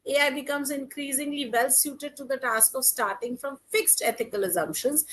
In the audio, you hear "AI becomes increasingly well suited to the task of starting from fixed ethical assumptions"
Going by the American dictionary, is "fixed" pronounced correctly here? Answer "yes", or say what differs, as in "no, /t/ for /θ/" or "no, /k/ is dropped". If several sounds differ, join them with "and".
yes